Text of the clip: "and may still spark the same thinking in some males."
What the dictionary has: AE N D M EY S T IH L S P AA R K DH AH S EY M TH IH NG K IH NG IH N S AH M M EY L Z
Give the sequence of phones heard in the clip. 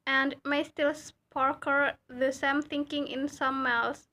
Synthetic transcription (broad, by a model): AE N D M EY S T IH L S P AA R K DH AH S EY M TH IH NG K IH NG IH N S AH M M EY L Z